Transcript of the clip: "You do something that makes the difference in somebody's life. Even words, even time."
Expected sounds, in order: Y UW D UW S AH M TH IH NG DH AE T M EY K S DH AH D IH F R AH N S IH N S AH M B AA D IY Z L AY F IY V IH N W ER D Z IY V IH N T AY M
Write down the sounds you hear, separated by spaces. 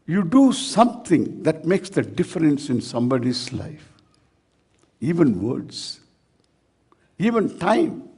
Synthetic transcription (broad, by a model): Y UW D UW S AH M T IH NG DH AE T M EY K S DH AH D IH F R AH N S IH N S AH M B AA D IY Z L AY F IY V IH N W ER D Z IY V IH N T AY M